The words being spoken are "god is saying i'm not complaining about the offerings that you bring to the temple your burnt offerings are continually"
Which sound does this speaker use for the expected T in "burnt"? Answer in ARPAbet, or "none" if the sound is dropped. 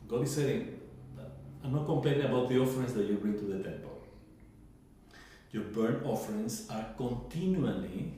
none